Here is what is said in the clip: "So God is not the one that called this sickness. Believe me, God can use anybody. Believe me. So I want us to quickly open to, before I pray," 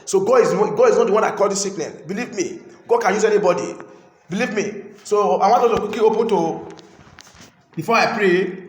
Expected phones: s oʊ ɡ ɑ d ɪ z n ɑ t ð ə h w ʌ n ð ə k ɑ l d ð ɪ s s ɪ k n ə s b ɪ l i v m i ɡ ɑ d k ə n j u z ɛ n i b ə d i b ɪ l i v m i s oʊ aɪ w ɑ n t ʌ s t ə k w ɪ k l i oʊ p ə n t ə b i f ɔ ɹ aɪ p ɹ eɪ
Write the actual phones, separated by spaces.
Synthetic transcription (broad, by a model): s oʊ ɡ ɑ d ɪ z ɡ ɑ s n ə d w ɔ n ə k ɑ l d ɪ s s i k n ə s b ɪ l i v m i ɡ ɑ d k ə n j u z ɛ n i b ə d i b ɪ l i v m i s oʊ aɪ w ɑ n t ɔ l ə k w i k i oʊ p ə n t ə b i f ɔ aɪ p ɹ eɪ